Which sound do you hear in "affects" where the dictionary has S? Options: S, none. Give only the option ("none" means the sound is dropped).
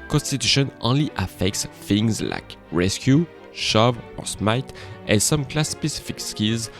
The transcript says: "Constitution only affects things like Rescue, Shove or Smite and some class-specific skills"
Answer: S